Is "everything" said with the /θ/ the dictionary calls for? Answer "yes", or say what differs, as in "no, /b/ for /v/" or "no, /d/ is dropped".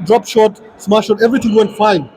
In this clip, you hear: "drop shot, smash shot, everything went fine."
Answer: no, /t/ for /θ/